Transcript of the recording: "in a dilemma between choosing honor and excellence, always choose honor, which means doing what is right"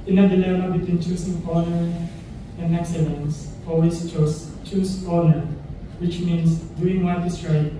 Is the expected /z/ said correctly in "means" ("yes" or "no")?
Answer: no